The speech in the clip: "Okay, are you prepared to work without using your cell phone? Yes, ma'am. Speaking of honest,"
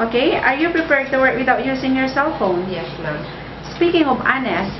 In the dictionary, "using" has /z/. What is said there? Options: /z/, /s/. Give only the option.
/s/